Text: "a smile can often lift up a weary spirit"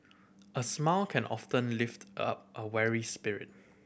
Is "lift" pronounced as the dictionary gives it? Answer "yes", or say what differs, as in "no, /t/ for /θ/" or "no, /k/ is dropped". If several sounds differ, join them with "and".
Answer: yes